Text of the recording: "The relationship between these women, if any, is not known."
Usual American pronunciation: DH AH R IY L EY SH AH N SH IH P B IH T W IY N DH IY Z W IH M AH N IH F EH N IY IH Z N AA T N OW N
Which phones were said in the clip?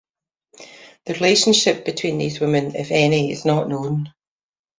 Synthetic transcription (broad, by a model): DH AH R IY L EY SH AH N SH IH P B IH T W IY N DH IY Z W IH M AH N IH F EH N IY IH Z N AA T N OW N